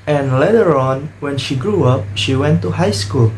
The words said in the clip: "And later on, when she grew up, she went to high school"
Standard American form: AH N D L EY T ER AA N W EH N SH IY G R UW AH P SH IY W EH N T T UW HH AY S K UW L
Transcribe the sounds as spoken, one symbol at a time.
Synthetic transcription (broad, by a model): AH N L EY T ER AA N W EH N SH IY G R UW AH P SH IY W EH N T T UW HH AY S K UW L